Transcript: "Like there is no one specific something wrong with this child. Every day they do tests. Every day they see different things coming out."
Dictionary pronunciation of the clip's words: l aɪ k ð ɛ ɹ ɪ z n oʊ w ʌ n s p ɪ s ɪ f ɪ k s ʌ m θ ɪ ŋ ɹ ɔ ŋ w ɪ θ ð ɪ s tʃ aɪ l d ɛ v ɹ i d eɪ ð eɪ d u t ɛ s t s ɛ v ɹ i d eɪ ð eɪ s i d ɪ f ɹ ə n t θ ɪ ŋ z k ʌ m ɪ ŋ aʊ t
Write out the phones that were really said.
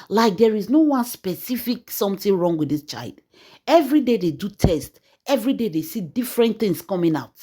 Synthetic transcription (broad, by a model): l aɪ k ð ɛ ɹ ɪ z n oʊ w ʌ n s p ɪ s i f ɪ k s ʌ m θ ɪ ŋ ɹ ɔ ŋ w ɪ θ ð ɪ s tʃ aɪ l d ɛ v ɹ i d eɪ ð eɪ d u t ɛ s t ɛ v ɹ i d eɪ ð eɪ s i d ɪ f ɹ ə n t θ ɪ ŋ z k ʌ m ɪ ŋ aʊ t